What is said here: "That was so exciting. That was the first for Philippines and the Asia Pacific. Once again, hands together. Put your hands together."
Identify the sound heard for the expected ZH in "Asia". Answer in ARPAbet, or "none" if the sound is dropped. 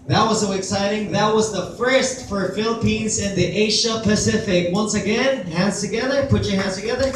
SH